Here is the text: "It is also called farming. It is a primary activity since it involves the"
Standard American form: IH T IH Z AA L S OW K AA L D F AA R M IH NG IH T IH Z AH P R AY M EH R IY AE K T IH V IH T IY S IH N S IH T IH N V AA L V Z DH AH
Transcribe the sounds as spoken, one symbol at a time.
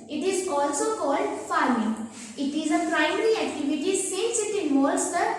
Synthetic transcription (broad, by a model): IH T IH Z AA L S OW K AA L D F AA R M IH NG IH T IH Z AH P R AY M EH R IY AE K T IH V IH T IY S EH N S IH T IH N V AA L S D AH